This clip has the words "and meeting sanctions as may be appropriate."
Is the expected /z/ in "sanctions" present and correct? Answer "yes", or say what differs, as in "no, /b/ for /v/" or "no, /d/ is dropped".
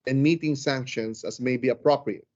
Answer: no, /s/ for /z/